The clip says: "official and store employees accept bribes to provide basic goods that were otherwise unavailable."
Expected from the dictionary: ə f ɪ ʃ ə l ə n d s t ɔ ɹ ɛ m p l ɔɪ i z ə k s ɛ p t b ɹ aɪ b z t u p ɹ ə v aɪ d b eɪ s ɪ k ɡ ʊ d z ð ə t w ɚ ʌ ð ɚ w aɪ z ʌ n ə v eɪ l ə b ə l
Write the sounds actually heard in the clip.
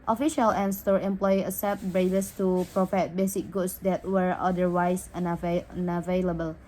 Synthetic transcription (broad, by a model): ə f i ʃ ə l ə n s t ɔ ɹ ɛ m p l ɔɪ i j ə s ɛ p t b ɹ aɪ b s t u p ɹ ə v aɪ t b eɪ s ɪ k ɡ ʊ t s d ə t w ɚ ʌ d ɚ w aɪ s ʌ n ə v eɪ l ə b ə l